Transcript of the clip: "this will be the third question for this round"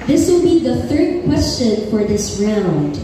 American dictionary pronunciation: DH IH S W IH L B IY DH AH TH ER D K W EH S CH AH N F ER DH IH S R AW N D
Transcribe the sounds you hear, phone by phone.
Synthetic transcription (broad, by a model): DH IH S W IH L B IY DH AH TH ER D K W EH S CH AH N F ER DH IH S R AW N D